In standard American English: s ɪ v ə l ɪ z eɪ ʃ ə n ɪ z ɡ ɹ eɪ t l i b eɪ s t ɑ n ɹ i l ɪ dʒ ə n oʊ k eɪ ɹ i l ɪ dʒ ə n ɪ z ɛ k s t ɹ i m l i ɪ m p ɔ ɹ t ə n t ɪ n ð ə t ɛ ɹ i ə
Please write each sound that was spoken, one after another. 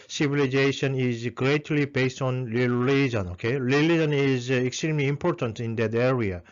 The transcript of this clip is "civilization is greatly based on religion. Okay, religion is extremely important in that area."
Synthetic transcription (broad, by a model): s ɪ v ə l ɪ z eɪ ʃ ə n ɪ z ɡ ɹ eɪ t l i b eɪ s t ɑ n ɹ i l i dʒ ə n oʊ k eɪ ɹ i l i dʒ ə n ɪ z ɛ k s t ɹ i m l i m p ɔ ɹ t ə n t ɪ n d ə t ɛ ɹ i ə